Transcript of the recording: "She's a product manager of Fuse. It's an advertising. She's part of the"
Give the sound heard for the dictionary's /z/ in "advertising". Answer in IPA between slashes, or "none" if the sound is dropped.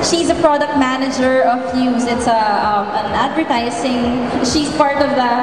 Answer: /s/